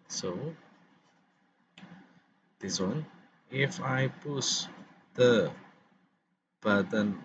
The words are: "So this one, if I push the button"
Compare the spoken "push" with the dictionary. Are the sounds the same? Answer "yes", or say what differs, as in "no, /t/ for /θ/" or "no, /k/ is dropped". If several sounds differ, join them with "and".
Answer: no, /s/ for /ʃ/